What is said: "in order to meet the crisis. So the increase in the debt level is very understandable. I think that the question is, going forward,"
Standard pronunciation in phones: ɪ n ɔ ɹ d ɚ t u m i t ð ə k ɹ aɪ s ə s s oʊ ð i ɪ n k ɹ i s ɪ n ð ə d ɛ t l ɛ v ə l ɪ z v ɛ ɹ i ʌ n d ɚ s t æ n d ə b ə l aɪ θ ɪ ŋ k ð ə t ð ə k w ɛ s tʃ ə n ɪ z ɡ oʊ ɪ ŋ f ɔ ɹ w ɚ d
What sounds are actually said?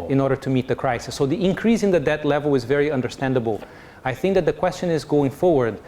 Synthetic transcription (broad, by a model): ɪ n ɔ ɹ d ɚ t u m i t ð ə k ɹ aɪ s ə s s oʊ ð i ɪ n k ɹ i s ɪ n ð ə d ɛ t l ɛ v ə l ɪ z v ɛ ɹ i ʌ n d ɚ s t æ n d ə b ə l aɪ θ ɪ ŋ k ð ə t ð ə k w ɛ s tʃ ə n ɪ z ɡ oʊ ɪ ŋ f ɔ ɹ w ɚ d